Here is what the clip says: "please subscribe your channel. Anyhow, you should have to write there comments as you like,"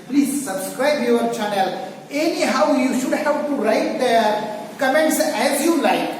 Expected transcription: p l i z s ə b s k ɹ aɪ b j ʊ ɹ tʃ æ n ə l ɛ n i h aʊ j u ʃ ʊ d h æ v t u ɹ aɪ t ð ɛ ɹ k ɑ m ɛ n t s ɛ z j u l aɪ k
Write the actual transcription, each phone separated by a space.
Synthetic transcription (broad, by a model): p l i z s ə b s k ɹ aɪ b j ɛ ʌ tʃ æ n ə l ɛ n i h aʊ j u ʃ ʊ d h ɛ p t u ɹ aɪ t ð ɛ k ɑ m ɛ n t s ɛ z j u l aɪ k